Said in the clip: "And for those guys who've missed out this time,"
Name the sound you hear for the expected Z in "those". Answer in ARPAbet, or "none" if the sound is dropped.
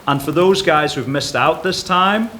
Z